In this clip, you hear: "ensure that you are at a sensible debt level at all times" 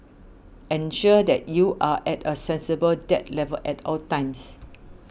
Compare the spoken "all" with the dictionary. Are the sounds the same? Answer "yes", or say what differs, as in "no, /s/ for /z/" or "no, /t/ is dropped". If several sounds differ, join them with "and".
yes